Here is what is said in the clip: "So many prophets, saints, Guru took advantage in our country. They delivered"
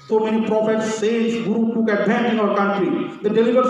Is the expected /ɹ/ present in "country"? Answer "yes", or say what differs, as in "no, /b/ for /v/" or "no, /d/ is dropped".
yes